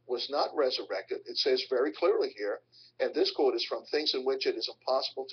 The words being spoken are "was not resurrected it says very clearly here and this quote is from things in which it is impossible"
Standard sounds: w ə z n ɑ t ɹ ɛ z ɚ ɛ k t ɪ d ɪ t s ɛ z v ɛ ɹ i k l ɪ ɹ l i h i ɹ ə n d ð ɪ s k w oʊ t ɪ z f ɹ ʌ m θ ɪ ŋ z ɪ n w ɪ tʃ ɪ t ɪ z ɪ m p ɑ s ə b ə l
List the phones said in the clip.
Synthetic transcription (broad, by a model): w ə z n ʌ t ɹ ɛ z ɚ ɛ k t ɪ d ɪ t s ɛ z v ɛ ɹ i k l ɪ ɹ l i h i ɹ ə n ð ɪ s k w oʊ t ɪ z f ɹ ʌ m θ ɪ ŋ z ɪ n w ɪ tʃ ɪ t ɪ z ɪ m p ɑ s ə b l